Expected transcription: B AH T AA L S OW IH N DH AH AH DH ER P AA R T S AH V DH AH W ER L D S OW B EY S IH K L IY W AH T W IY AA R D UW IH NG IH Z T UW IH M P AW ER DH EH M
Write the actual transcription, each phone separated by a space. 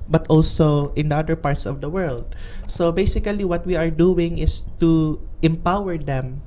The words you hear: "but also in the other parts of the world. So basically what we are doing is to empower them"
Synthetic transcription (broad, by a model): B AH T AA L S OW IH N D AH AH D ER P AA R T S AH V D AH W ER L D S OW B EY S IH K L IY W AH T W IY AA R D UW IH NG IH S T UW IH M P AW ER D EH M